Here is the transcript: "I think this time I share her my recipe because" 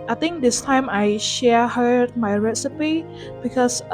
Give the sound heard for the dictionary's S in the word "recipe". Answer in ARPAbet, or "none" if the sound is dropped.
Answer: S